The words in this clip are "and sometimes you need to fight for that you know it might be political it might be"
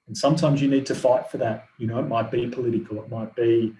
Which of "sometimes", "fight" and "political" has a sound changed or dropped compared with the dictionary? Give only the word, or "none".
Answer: none